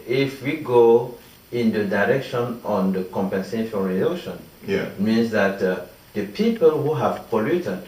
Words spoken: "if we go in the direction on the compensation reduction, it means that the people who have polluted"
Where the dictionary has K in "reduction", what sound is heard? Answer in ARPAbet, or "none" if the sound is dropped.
none